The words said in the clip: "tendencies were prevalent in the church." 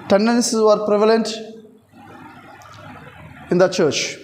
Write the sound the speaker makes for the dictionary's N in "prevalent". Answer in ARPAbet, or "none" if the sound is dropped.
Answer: N